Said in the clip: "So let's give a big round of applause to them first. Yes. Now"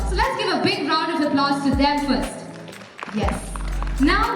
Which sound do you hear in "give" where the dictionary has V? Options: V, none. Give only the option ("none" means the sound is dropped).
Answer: V